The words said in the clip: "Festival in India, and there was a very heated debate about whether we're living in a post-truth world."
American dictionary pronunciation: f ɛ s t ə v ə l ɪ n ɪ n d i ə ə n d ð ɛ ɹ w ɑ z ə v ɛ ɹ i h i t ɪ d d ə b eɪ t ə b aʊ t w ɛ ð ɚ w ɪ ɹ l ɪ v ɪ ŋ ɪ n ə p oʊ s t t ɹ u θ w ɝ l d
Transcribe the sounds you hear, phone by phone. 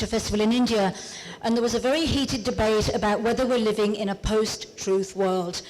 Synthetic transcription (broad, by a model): f ɛ s t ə v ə l ɪ n ɪ n d i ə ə n ð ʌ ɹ w ɑ z ə v ɛ ɹ i h i t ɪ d d ə b eɪ t ə b aʊ t w ɛ ð ɚ w ɪ ɹ l ɪ v ɪ ŋ ɪ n ə p oʊ s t t ɹ u θ w ɝ l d